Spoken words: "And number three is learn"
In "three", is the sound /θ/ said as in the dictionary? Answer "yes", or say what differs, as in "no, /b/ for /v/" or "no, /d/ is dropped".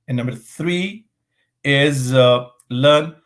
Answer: yes